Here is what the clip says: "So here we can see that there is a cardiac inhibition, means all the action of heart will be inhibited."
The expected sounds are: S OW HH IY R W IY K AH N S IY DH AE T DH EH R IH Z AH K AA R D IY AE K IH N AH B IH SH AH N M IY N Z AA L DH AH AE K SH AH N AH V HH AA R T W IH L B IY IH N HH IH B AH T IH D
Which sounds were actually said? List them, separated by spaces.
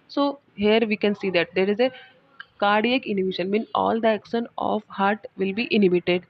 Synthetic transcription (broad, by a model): S OW HH IY R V IY K AH N S IY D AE T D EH R IH Z AH K AA R D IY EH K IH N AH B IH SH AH N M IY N AA L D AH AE K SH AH N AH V HH AA R T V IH L B IY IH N HH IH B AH T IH D